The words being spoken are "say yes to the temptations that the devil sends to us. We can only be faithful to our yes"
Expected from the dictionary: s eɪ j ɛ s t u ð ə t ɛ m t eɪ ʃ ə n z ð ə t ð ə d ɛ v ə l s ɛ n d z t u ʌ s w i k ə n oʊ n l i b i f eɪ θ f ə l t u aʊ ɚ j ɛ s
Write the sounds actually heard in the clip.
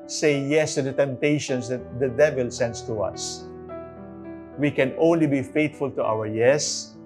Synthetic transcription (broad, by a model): s eɪ j ɛ s t u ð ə t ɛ m t eɪ ʃ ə n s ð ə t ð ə d ɛ v ə l s ɛ n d s t u ʌ s w i k ə n oʊ n l i b i f eɪ t f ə l t u aʊ ɚ j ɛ s